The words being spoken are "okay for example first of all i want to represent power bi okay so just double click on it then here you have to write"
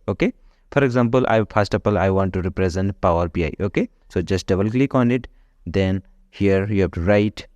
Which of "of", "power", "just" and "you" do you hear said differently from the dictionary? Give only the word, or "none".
of